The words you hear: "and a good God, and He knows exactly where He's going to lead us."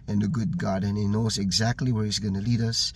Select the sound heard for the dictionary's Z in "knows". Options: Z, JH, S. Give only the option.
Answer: Z